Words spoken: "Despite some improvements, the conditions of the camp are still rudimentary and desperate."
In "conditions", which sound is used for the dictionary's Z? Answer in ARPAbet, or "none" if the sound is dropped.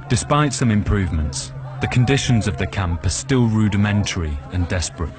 Z